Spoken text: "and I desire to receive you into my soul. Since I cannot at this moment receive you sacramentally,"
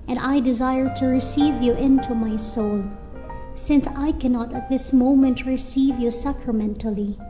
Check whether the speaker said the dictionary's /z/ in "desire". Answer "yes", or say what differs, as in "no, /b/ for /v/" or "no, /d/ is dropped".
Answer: yes